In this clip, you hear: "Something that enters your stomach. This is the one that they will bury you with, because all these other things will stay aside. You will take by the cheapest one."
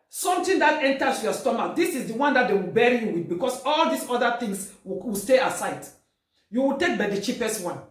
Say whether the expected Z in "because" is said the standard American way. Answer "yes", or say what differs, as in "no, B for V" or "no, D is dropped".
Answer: no, S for Z